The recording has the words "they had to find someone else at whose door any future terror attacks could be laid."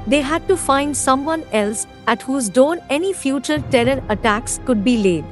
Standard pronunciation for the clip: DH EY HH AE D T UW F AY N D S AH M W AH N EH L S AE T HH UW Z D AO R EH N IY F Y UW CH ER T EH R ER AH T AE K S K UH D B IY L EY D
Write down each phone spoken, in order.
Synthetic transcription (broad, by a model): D EY HH AE D T UW F AY N D S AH M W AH N EH L S AE T HH UW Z D AO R EH N IY F Y UW CH ER T EH R ER AH T AE K S K UH D B IY L EY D